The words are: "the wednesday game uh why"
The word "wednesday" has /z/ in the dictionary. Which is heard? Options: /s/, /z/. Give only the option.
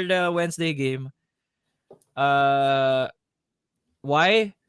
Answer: /s/